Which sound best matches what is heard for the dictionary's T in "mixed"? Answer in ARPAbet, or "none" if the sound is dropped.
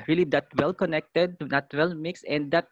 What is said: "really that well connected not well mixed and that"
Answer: none